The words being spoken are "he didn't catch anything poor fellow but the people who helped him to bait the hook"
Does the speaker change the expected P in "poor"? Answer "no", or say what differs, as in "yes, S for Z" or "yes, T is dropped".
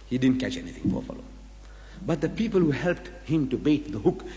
yes, F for P